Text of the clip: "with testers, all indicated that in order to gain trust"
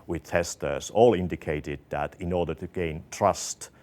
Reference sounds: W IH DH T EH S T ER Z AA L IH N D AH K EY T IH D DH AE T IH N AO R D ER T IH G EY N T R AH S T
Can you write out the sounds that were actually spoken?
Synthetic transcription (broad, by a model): W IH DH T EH S T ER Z AA L IH N D AH K EY T IH D DH AE T IH N AO R D ER T IH G EY N T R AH S T